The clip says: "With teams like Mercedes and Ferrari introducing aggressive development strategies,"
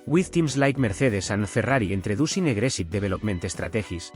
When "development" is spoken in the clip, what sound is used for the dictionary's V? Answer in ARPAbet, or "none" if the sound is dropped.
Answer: B